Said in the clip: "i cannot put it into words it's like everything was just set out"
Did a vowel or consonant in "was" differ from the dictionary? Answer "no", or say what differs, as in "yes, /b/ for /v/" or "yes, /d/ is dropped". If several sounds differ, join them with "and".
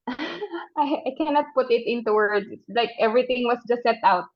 yes, /s/ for /z/